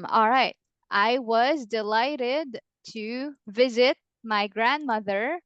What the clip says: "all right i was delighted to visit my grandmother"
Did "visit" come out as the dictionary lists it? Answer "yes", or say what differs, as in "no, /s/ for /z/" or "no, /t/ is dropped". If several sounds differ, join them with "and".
yes